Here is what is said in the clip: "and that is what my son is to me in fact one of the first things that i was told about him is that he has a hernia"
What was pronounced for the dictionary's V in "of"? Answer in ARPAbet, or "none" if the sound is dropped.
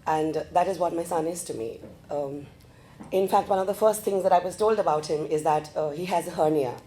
V